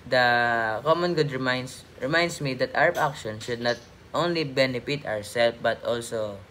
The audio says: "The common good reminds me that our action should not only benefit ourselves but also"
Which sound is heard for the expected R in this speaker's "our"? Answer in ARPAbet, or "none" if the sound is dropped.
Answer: W